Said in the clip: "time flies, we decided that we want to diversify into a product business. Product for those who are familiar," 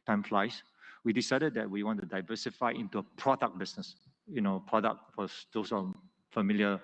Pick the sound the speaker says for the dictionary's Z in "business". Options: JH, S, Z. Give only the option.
S